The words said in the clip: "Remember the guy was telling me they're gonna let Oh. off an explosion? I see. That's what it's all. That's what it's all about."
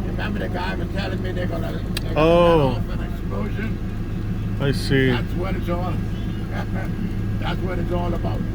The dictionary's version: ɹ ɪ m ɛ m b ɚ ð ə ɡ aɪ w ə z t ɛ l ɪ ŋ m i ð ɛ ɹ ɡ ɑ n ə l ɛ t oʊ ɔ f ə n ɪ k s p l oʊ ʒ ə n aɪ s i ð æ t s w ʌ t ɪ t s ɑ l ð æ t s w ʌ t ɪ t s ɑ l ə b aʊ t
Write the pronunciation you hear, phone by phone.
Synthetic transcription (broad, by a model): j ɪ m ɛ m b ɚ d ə ɡ aɪ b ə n t ɛ l ɪ ŋ m i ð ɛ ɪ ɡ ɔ ə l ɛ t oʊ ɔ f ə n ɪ k s p l oʊ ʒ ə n aɪ s i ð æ t s w ʌ t ɪ t s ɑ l ð æ t s w ʌ t ɪ t s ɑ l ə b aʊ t